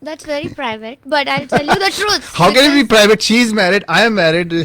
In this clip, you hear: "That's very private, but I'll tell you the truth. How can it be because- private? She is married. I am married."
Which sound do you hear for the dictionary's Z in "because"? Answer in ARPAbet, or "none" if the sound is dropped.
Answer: none